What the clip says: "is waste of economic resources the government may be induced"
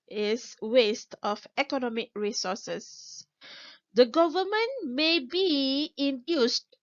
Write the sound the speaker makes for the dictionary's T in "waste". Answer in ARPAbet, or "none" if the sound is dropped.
T